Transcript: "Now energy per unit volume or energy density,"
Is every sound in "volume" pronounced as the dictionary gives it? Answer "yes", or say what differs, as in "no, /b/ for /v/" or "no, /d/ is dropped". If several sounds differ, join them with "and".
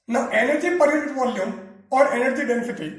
yes